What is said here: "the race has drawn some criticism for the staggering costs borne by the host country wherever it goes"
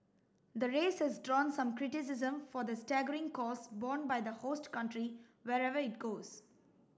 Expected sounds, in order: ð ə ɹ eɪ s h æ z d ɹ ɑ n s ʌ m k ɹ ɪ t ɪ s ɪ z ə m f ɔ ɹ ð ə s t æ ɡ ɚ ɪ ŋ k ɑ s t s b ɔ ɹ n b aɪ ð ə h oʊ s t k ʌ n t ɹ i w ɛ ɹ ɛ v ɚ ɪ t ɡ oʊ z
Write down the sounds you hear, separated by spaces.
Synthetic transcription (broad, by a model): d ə ɹ eɪ s h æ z d ɹ ɑ n s ʌ m k ɹ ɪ t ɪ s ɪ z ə m f ɔ ɹ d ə s t æ ɡ ɚ ɪ ŋ k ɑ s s b ɔ n b aɪ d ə h oʊ s t k ʌ n t ɹ i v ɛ ɹ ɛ v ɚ ɪ t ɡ oʊ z